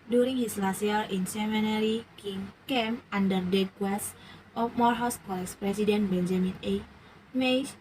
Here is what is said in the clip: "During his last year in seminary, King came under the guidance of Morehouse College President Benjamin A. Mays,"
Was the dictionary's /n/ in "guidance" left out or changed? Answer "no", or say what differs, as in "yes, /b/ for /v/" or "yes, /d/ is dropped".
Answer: yes, /n/ is dropped